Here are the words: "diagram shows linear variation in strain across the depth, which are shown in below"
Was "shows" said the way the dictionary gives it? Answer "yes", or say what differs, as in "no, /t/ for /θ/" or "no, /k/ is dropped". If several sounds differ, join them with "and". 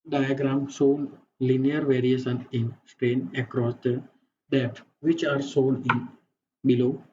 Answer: no, /s/ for /ʃ/